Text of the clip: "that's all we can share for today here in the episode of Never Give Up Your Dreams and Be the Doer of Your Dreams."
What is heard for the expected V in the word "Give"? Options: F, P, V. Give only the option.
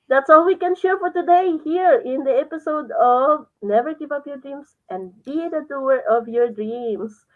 P